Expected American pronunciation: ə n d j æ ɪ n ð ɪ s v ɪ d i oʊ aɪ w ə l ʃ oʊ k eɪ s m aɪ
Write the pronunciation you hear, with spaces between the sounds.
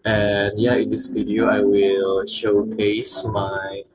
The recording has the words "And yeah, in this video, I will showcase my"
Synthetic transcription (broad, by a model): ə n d j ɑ ɪ n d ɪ s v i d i oʊ aɪ w ə l ʃ oʊ k eɪ s m aɪ